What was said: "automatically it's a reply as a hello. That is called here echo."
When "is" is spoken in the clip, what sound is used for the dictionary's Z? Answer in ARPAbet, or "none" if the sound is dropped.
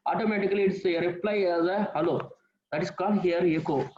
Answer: S